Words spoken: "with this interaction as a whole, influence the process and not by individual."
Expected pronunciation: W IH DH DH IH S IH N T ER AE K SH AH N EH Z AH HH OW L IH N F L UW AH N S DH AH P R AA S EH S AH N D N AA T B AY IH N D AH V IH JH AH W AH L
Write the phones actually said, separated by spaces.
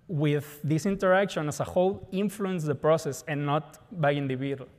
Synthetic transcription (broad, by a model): W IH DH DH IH S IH N T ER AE K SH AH N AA S AH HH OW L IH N F L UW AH N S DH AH P R AA S EH S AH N N AA T B AY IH N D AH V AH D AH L